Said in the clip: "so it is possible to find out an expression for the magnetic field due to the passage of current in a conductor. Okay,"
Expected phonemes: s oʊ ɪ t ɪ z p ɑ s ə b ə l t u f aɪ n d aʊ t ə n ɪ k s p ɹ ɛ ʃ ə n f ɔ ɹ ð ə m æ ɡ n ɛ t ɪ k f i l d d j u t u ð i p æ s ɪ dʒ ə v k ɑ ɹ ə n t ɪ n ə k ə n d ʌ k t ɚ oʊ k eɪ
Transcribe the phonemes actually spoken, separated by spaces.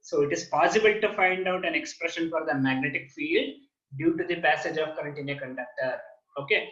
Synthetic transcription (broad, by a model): s oʊ ɪ t ɪ z p ɑ s ə b ə l t u f aɪ n d aʊ t ə n ɪ k s p ɹ ɛ ʃ ə n f ɔ ɹ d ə m æ ɡ n ɛ t ɪ k f i l d d j u t u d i p æ s ɪ dʒ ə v k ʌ ɹ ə n t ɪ n ə k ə n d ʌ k t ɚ oʊ k eɪ